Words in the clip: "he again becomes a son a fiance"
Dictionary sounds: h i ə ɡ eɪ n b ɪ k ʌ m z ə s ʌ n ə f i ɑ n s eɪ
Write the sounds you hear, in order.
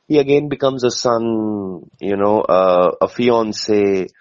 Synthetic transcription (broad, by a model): h i ə ɡ eɪ n b ɪ k ʌ m z ə s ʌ n ə f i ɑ n s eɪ